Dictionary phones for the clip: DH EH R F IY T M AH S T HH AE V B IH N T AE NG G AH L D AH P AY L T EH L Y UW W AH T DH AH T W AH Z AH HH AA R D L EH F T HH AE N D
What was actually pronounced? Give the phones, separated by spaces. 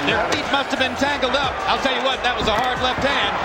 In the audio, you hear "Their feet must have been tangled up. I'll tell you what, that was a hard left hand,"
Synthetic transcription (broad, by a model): DH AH R F IY T M AH S T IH V B IH N T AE NG G L D AH P AY L T EH L Y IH W AH T DH AH T W AH Z AH HH AA R D L EH F T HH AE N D